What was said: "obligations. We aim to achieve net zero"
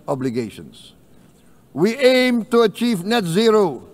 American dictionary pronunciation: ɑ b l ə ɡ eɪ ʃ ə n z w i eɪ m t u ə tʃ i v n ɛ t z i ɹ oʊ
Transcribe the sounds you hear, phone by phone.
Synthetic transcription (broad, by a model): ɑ b l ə ɡ eɪ ʃ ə n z w i eɪ m t u ə tʃ i v n ɛ t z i ɹ oʊ